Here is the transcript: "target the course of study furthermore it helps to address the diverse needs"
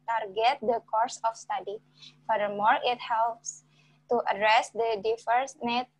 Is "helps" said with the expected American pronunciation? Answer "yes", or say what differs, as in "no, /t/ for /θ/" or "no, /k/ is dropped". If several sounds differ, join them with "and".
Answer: yes